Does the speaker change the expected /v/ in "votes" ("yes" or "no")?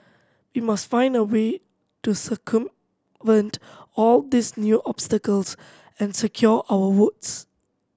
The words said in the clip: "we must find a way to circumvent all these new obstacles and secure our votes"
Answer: yes